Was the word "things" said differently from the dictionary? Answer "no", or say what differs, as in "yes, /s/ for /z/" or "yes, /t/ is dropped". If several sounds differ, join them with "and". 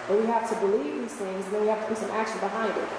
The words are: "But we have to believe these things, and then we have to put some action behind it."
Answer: no